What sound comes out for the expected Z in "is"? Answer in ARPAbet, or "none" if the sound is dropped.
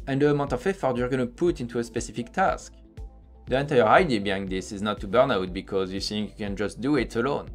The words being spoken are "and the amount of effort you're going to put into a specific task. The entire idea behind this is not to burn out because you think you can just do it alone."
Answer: Z